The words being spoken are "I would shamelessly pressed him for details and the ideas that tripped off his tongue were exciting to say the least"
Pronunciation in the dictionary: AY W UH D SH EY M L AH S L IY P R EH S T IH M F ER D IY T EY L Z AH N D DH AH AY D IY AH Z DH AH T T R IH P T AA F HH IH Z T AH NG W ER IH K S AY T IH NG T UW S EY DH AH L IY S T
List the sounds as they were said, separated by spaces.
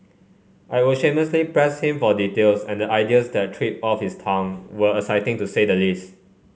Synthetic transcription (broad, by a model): AY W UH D SH EY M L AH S L IY P R EH S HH IH M F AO D IY T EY L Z AH N D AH AY D IY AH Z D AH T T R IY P AA F HH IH S T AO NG W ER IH S AY T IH NG T UW S EY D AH L IY S T